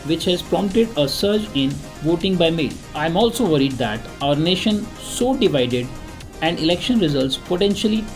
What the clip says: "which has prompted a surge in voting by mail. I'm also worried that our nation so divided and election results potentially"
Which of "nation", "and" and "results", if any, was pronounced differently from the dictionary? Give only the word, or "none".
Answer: none